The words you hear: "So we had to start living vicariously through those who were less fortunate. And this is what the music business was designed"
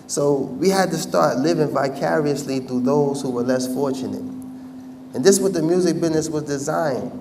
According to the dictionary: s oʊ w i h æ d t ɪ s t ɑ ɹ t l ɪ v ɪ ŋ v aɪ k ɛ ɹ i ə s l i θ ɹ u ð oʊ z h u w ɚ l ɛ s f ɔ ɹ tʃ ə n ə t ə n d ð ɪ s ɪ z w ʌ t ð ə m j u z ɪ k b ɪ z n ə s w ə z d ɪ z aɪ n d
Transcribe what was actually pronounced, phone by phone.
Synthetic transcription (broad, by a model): s oʊ w i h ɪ d t ɪ s t ɑ ɹ t l ɪ v ɪ ŋ v aɪ k ɛ ɹ i ə s l i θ u ð oʊ z h u w ɚ l ɛ s f ɔ ɹ tʃ ə n ə t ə n ð ɪ s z w ʌ t ð ə m j u z ɪ k b ɪ z n ə s w ə z d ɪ z aɪ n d